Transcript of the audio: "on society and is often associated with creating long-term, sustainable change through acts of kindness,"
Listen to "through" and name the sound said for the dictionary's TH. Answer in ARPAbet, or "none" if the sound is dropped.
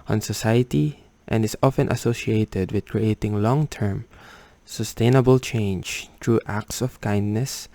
T